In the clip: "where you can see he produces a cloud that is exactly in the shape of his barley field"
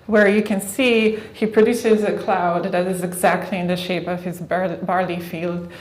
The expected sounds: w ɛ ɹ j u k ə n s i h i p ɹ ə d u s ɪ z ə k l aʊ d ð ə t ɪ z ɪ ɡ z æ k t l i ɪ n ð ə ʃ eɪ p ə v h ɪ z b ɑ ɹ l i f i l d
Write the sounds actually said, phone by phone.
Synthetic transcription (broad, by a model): w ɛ ɹ j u k ə n s i h i p ɹ ə d u s ɪ z ə k l aʊ d ð ə t ɪ z ɪ ɡ z æ k t l i ɪ n ð ə ʃ eɪ p ə v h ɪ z b ɑ ɹ l i f i l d